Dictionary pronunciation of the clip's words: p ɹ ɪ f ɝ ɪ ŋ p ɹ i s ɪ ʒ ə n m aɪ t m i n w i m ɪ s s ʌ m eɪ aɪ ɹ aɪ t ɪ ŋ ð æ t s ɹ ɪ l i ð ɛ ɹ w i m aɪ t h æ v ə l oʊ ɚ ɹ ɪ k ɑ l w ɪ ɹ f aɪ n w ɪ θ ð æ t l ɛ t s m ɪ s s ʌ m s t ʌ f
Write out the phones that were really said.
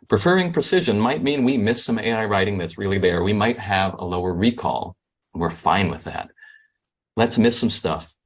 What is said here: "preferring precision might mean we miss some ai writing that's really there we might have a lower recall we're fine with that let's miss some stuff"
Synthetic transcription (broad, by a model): p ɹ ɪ f ɝ ɪ ŋ p ɹ i s ɪ ʒ ə n m aɪ t m i n w i m ɪ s s ʌ m eɪ aɪ ɹ aɪ t ɪ ŋ ð æ t s ɹ ɪ l i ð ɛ ɹ w i m aɪ t h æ v ə l oʊ ɚ ɹ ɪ k ɑ l w ɪ ɹ f aɪ n w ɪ ð æ t l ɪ t s m ɪ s s ʌ m s t ʌ f